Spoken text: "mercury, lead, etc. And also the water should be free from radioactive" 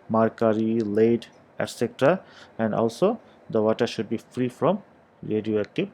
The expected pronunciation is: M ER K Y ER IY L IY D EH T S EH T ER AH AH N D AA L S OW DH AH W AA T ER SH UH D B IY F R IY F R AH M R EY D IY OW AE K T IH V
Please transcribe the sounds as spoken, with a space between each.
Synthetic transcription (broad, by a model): M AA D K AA IY L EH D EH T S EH T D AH AH N D AA L S OW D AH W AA T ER SH UH D B IY F R IY F R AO M R EY D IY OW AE K T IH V